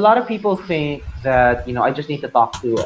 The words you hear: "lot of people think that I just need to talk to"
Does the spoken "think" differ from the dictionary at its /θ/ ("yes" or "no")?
no